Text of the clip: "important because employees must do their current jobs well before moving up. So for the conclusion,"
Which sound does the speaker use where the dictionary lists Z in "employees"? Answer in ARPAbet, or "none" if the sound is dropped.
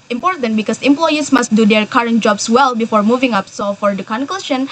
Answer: S